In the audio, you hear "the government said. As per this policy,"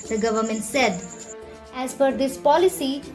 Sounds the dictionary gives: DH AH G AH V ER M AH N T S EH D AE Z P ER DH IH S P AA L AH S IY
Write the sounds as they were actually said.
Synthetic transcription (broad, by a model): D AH G AH V ER M AH N T S EH D AE Z F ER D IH S P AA L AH S IY